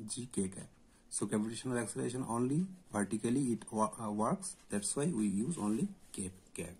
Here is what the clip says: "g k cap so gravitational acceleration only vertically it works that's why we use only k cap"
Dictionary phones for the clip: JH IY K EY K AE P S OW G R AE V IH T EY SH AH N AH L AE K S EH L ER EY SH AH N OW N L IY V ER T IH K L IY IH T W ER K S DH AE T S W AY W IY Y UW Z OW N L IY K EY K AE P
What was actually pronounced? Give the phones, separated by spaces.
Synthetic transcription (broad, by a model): JH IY K EY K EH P S OW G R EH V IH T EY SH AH N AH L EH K S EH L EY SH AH N OW N L IY P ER T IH K L IY IH T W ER K S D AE T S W AY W IY Y UW Z OW N L IY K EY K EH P